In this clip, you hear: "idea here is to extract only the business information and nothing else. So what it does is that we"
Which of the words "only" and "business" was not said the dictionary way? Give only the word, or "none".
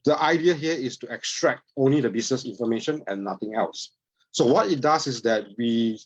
business